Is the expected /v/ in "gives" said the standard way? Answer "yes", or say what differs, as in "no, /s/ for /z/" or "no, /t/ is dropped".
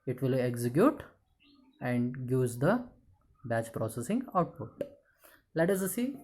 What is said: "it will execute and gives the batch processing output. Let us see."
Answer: no, /v/ is dropped